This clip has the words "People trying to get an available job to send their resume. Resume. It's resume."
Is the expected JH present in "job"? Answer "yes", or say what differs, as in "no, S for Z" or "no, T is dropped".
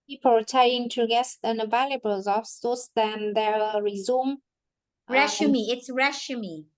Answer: no, Z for JH